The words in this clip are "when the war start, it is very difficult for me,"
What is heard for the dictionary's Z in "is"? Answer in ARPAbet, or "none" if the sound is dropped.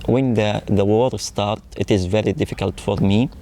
Z